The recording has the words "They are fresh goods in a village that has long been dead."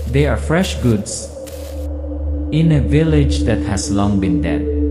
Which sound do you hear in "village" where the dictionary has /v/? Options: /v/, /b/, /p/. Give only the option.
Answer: /v/